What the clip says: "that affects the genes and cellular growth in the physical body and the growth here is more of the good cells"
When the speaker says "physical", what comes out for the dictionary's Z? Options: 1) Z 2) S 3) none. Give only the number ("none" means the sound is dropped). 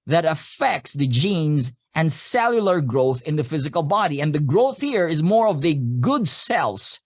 1